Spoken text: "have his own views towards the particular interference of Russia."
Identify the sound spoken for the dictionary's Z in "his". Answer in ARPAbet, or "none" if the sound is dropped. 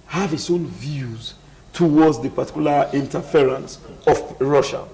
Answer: S